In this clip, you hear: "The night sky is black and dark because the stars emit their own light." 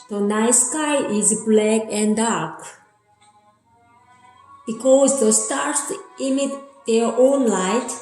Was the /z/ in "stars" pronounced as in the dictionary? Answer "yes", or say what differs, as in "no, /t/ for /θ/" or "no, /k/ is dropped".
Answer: no, /s/ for /z/